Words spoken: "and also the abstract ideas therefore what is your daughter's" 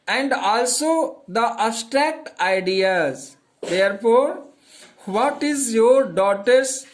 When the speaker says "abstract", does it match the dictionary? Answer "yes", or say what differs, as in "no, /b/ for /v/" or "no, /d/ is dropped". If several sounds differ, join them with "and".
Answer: no, /b/ is dropped